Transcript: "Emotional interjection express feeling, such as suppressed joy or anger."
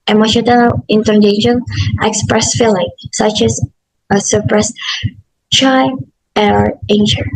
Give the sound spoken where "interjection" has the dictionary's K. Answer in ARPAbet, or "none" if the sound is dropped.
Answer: none